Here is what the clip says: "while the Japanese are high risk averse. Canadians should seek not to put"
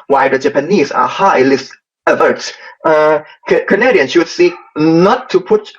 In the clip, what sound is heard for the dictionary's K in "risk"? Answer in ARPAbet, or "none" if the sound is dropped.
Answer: none